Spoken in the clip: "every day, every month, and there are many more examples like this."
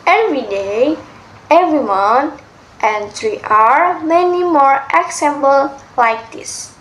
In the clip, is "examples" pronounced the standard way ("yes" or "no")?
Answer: no